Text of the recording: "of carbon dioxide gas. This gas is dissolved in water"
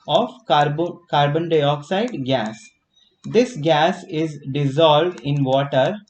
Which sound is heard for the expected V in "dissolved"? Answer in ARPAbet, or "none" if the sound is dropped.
V